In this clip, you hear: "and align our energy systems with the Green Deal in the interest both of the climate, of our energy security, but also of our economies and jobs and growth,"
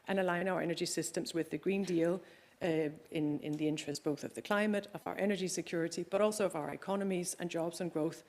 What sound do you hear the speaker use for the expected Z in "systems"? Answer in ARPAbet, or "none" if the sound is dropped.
Z